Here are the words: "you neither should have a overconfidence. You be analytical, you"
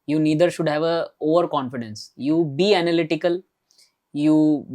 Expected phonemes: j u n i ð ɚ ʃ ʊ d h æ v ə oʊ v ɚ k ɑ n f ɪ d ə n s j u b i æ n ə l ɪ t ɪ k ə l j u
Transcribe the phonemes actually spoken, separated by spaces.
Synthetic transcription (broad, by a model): j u n i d ɚ ʃ ʊ d h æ v ə oʊ v ɚ k ɑ n f ɪ d ə n s j u b i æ n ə l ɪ t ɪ k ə l j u